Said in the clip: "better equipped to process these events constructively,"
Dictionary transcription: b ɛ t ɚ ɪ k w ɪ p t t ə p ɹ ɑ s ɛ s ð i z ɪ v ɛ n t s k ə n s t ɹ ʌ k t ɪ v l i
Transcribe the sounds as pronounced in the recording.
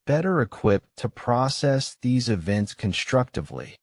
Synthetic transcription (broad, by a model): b ɛ t ɚ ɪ k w ɪ p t t ə p ɹ ɑ s ɛ s ð i z ɪ v ɛ n t s k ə n s t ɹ ʌ k t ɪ v l i